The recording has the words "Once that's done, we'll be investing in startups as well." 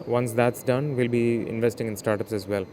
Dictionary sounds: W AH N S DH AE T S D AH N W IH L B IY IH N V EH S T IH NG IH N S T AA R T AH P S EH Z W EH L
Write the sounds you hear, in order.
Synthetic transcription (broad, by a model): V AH N S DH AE T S D AH N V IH L B IY IH N V EH S T IH NG IH N S T AA R T AH P S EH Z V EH L